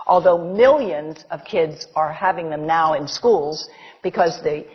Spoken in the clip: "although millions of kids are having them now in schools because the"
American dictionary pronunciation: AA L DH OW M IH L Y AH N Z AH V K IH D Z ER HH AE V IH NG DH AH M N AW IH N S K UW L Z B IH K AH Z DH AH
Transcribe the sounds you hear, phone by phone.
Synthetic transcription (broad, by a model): AA L DH OW M IH L Y AH N Z AH V K IH D Z ER HH AE V IH NG DH AH M N AW IH N S K UW L Z B IH K AH Z DH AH